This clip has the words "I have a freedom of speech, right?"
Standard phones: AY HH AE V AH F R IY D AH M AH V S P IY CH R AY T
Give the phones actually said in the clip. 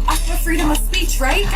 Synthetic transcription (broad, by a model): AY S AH AH F R IY D AH M AH V S P IY CH R AY T